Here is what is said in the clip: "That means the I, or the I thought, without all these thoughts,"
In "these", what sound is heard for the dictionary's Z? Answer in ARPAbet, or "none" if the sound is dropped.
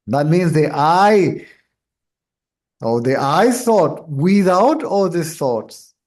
none